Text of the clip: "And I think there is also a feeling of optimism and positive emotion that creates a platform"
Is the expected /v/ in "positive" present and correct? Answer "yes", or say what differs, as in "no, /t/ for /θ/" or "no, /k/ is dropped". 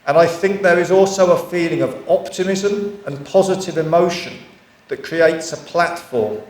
yes